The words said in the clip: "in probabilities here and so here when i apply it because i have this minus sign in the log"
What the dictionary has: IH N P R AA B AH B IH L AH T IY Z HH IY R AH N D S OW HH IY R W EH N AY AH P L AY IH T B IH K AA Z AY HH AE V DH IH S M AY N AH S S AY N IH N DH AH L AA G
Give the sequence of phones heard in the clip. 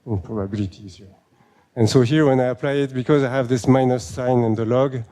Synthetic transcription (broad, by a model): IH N P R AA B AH B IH L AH T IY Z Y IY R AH N S OW HH IY R W EH N AY AH P L AY IH T B IH K AA Z AY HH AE V DH IH S M AY N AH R S AY N IH N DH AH L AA G